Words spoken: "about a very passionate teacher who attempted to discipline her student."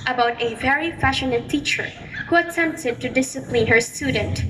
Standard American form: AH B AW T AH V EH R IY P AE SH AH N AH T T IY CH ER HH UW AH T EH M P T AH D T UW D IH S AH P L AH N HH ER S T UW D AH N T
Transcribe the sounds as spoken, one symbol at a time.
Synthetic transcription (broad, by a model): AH B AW T AH V EH R IY F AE SH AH N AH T T IY CH ER HH UW AH T EH M P T AH D T UW D IH S AH P L AH N HH ER S T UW D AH N T